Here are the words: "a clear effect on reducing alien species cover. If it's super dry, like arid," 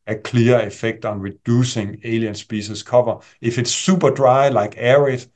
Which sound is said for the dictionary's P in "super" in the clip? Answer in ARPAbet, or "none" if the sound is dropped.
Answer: B